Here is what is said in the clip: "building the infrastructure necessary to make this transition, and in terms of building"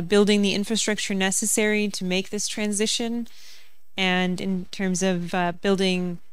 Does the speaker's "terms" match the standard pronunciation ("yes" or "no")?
yes